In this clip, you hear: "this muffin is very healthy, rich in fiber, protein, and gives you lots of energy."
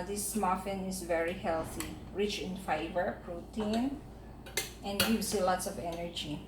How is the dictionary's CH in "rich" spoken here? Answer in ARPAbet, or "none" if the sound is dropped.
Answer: CH